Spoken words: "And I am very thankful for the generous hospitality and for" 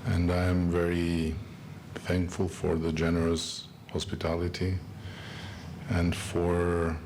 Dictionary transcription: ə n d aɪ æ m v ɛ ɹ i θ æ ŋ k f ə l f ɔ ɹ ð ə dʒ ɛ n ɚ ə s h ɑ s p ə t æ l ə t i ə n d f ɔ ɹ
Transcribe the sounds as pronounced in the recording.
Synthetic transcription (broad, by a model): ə n d aɪ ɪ m v ɛ ɹ i θ æ ŋ k f ə l f ɔ ɹ ð ə dʒ ɛ n ɚ ə s h ɑ s p ə t æ l ə t i ə n d f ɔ ɹ